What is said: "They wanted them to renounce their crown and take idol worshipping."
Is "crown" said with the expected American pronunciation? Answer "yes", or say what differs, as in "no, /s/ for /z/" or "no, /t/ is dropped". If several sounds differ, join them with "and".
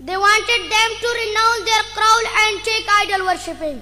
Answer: no, /l/ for /n/